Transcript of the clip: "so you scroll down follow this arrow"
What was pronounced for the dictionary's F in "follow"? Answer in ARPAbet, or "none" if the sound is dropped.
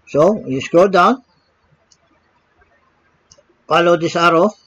P